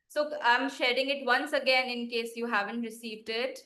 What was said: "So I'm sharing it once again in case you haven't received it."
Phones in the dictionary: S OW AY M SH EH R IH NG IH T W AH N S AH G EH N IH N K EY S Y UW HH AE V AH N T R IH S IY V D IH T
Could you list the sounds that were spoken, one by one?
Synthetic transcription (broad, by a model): S OW AY M SH EH R IH NG IH T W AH N S AH G EH N IH N K EY S Y UW HH AE V AH N T R IH S IY V D IH T